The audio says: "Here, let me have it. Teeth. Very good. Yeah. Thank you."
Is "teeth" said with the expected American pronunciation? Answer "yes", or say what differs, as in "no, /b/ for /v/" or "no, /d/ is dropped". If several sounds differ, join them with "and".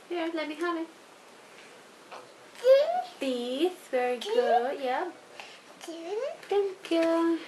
no, /s/ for /θ/